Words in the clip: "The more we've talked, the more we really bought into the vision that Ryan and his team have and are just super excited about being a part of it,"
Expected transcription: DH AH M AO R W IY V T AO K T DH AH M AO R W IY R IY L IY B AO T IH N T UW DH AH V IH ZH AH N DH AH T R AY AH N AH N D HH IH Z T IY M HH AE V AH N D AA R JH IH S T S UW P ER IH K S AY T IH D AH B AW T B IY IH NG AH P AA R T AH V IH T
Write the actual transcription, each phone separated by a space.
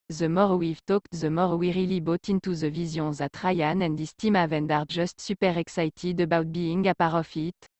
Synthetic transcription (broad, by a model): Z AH M AO R W IY V T AO K T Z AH M AO R W IY R IY L IY B AO T IH N T UW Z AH V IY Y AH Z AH T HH AY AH N AH N D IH S T IY M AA V AH N D AA R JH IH S T S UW P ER IH K S AY T IH D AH B AW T B IY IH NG AH P AA R AH F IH T